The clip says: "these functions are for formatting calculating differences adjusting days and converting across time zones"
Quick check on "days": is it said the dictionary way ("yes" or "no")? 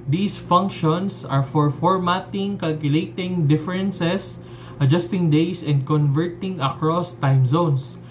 no